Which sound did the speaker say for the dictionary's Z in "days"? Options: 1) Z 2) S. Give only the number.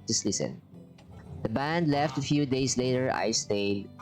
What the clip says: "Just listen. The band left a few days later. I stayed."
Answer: 2